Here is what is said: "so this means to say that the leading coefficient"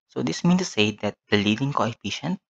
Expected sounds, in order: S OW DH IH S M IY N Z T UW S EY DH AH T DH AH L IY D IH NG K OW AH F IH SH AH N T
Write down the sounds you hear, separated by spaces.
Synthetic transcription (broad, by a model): S OW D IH S M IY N T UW S EY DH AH T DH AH L IY D IH NG K OW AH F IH SH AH N T